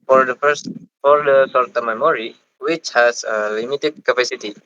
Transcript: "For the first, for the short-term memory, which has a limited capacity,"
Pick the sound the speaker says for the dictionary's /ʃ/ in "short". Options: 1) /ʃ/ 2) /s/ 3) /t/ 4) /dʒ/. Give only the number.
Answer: 2